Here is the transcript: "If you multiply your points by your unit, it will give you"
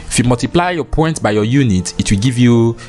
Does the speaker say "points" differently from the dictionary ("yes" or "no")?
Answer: yes